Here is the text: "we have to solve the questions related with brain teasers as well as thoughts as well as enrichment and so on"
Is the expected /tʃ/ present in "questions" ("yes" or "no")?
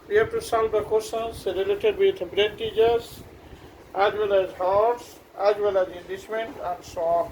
no